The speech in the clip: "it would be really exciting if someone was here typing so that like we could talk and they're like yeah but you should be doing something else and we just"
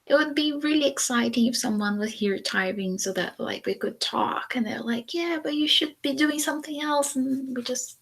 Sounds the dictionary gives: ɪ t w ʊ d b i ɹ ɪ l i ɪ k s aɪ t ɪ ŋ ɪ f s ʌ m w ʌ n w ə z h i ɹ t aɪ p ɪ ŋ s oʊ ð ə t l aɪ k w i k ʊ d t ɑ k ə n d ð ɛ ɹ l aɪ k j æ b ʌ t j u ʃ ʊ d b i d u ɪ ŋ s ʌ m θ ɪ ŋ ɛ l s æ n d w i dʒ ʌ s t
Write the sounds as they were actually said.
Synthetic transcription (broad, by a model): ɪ t w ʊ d b i ɹ ɪ l i ɪ k s aɪ t ɪ ŋ ɪ f s ʌ m w ʌ n w ə z h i ɹ t aɪ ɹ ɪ ŋ s oʊ ð ə t l aɪ k w i k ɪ d t ɑ k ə n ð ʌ ɹ l aɪ k j æ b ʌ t j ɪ ʃ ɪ d b i d u ɪ ŋ s ʌ m θ ɪ ŋ ɛ l s n w i dʒ ʌ s t